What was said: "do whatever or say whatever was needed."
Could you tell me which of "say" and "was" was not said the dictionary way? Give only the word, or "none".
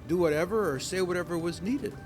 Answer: none